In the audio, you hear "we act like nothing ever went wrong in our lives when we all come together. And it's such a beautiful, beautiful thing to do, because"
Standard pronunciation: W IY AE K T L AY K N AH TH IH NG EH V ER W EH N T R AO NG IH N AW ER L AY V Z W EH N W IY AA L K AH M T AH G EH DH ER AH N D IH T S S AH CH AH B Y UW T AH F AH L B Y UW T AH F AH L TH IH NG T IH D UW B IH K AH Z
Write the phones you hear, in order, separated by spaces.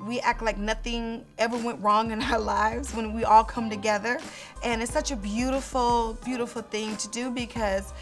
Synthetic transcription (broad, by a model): W IY AE K T L AY K N AH TH IH NG EH V ER W EH N T R AO NG IH N AW ER L AY V Z W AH N W IY AA L K AH M T AH G EH DH ER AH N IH T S S AH CH AH B Y UW T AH F L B Y UW T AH F L TH IH NG T IH D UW B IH K AH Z